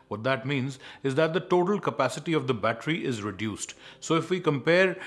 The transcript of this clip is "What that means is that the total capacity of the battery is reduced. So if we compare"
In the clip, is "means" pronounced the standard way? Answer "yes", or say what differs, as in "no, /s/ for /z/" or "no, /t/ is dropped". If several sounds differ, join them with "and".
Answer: yes